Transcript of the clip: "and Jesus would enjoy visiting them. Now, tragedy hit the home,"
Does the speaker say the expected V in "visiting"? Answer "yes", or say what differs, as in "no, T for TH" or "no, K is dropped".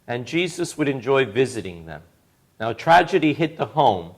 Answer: yes